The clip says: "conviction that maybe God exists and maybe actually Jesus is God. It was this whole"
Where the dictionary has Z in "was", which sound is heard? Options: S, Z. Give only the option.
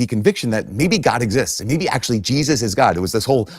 Z